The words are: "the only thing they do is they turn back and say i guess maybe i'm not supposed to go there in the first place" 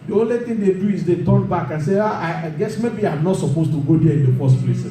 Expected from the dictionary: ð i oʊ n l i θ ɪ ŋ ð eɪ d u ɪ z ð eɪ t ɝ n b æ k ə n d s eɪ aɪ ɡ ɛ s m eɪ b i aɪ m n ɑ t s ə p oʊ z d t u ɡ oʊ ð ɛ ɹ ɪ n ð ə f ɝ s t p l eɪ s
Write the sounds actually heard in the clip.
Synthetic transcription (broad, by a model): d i oʊ n l i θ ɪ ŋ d eɪ d u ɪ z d eɪ t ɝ n b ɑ k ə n s eɪ aɪ ɡ ɛ s m eɪ b i aɪ m n ɑ t s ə p oʊ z t u ɡ oʊ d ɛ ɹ ɪ n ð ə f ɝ s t p l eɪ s